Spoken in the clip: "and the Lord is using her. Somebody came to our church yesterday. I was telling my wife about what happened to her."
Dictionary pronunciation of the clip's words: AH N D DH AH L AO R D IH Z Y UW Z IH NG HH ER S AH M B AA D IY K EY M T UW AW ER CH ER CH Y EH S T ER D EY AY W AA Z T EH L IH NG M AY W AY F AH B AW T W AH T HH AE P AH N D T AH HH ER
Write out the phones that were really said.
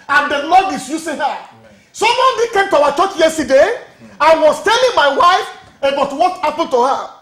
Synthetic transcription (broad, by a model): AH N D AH N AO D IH S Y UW S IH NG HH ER S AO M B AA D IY K EY M T UW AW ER CH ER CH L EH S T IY D EY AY W AA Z T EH L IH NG M AY W AY F AH B AW T W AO T HH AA P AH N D T AH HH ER